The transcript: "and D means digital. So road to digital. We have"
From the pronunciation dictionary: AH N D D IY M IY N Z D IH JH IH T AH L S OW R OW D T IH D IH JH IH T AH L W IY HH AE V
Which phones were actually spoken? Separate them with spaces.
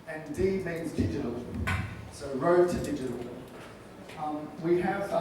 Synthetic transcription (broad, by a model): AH N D D IY M IY N Z D IH JH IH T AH L S OW R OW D T IH D IH JH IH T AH L W IY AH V